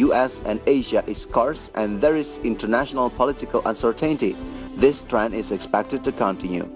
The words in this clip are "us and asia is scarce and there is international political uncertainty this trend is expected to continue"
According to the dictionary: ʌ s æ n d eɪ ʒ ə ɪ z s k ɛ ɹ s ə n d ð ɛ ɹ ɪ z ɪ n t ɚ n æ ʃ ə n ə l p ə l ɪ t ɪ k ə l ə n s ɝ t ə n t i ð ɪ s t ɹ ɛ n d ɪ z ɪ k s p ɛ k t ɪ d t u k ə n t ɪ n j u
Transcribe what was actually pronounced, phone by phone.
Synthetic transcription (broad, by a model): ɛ s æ n d eɪ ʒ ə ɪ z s k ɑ ɹ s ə n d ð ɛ ɹ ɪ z ɪ n t ɚ n æ ʃ ə n ə l p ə l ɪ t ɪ k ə l ə n s ɝ t ə n t i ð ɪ s t ɹ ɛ n ɪ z ɪ k s p ɛ k t ɪ d t u k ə n t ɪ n j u